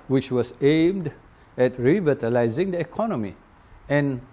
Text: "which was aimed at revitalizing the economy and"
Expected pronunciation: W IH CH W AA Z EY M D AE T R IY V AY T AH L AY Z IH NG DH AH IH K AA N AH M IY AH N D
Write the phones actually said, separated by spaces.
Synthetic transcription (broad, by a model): W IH CH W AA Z EY M D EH T R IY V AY T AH L AY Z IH NG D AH IH K AA N AH M IY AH N